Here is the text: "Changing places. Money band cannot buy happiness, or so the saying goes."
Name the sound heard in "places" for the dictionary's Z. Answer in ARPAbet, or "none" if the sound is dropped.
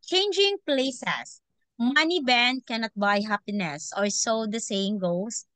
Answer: S